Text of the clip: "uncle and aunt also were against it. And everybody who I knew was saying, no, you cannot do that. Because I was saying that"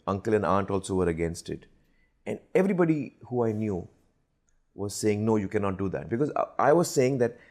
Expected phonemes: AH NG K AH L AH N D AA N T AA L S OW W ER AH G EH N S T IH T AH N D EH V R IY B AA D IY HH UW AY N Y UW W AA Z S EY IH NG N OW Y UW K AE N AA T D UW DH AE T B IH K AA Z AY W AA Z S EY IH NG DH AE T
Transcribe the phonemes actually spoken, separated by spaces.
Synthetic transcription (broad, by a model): AH NG K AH L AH N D AA N T AA L S OW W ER AH G EH N S T IH T AH N D EH V R IY B AA D IY HH UW AY N Y UW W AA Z S EY IH NG N OW Y UW K AE N AA T D UW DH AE T B IH K AA Z AY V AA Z S EY IH NG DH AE T